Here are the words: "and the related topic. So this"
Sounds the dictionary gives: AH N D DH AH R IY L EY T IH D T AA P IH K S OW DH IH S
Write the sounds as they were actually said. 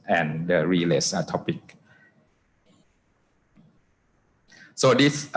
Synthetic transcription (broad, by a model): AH N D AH R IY L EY S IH T AA P IH K S OW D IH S